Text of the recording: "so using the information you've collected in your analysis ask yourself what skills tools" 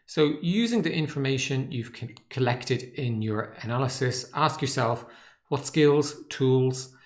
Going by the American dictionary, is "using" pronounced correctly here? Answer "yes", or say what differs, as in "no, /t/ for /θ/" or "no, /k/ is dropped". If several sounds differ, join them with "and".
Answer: yes